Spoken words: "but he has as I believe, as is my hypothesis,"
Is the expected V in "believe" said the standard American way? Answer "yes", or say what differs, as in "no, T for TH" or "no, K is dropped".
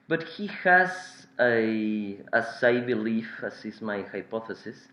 no, F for V